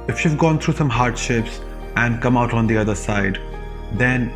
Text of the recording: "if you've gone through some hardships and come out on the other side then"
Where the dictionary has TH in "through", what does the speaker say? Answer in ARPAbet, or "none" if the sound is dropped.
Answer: T